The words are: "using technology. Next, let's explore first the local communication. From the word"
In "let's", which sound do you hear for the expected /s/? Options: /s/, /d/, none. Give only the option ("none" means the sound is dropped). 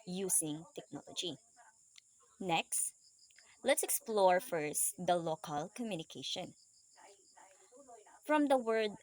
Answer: /s/